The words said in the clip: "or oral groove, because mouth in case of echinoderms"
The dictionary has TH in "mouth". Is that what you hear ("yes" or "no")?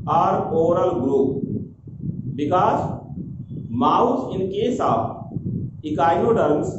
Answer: no